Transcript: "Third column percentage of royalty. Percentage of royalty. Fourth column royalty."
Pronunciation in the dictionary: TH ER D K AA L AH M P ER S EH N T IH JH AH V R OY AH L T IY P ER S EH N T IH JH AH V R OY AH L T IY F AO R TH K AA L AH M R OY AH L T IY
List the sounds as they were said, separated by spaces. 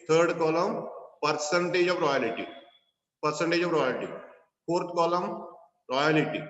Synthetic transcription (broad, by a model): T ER D K AA L AH M P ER S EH N T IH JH AH V R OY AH L T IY P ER S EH N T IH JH AH V R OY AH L T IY P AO R T K AA L AH M R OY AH L T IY